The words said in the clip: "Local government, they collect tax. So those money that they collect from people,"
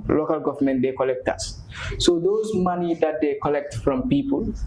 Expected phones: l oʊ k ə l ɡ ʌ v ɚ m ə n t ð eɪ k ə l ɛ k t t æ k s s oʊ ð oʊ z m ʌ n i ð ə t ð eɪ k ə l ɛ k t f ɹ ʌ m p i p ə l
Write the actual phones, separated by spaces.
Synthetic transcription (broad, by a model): l oʊ k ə l ɡ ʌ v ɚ m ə n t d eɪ k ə l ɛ k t t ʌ s s oʊ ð oʊ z m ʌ n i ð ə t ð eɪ k ə l ɛ k t f ɹ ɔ m p i p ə l